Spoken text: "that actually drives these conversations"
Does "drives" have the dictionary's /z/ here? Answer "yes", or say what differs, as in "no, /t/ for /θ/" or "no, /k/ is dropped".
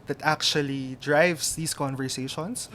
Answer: no, /s/ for /z/